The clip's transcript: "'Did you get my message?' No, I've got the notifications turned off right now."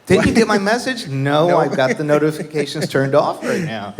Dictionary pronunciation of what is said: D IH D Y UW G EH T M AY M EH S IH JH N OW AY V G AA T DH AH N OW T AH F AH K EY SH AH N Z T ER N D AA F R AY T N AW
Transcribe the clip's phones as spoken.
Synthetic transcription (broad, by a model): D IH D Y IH G EH T M AY M EH S IH JH N OW AY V G AA T DH AH N OW T AH F AH K EY SH AH N Z T ER N D AA F R AY T N AW